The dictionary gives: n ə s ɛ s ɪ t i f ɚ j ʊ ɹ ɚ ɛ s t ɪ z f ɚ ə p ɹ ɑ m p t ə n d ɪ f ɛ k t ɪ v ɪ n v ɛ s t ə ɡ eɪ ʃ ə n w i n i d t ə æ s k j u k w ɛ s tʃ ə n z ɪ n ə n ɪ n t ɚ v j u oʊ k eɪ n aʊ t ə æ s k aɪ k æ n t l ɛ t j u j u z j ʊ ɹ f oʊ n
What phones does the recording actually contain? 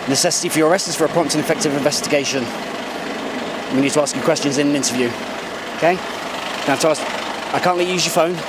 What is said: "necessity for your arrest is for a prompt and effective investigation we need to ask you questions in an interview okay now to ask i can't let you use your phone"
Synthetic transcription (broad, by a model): n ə s ɛ s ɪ t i f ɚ j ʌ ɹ ɚ ɛ s t ɪ z f ɚ ə p ɑ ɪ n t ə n ɪ f ɛ k t ɪ v ɪ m v ɛ s t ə ɡ eɪ ʃ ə n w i n i d t ə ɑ s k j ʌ k w ɛ s tʃ ə n z ɪ n ə n ɪ n t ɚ v j u oʊ k eɪ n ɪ t ə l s aɪ k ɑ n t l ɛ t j j u z j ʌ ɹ f oʊ n